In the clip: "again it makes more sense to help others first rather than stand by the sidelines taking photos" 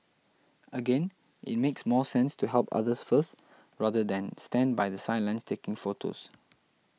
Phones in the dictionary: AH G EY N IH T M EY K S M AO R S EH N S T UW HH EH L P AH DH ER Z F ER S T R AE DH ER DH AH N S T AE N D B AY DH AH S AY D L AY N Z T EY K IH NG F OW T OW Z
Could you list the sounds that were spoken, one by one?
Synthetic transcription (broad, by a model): AH G EY N IH T M EY K S M AO S EH N S T UW HH EH L P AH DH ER S F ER S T R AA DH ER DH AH N S T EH N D B AY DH AH S AY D L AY N S T EY K IH NG F OW T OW S